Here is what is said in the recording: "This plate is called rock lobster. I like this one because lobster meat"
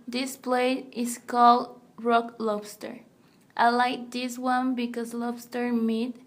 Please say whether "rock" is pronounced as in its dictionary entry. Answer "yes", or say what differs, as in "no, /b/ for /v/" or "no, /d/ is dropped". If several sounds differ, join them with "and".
yes